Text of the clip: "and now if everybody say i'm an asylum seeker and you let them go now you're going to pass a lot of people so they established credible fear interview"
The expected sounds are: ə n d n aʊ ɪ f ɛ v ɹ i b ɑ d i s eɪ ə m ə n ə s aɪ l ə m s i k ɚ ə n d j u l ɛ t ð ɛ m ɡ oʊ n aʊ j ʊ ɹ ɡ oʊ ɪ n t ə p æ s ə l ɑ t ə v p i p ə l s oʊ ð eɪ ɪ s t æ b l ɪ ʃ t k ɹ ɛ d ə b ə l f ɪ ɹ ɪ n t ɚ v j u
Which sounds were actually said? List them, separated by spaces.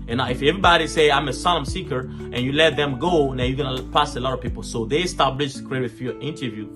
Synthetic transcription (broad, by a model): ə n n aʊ ɪ f ɛ v ɹ i b ɑ d i s eɪ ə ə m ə s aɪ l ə m s i k ɚ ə n j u l ɛ t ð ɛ m ɡ oʊ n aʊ j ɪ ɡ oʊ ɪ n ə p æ s ə l ɑ t ə v p i p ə l s oʊ ð eɪ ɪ s t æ b l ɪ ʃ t k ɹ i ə ə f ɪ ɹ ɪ n t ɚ v j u